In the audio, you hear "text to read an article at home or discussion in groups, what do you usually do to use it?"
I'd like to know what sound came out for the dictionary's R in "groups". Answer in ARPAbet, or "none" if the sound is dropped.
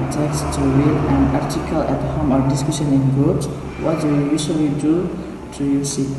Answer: none